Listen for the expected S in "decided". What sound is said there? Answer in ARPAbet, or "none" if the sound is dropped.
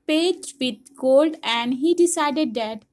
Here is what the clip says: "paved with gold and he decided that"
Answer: S